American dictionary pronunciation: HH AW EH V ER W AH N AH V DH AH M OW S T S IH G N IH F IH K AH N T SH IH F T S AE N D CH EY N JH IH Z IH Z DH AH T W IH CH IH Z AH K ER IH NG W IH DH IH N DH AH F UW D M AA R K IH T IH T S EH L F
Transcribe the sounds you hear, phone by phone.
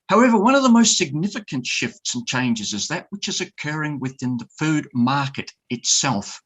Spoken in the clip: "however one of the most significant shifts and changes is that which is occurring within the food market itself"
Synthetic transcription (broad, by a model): HH AW EH V ER W AH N AH V DH AH M OW S T S IH G N IH F IH K AH N T SH IH F T S N CH EY N JH IH Z IH Z DH AH T W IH CH IH Z AH K ER IH NG W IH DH IH N DH AH F UW D M AA R K IH T IH T S EH L F